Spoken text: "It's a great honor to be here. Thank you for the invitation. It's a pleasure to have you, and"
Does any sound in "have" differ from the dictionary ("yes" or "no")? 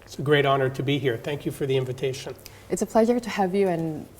no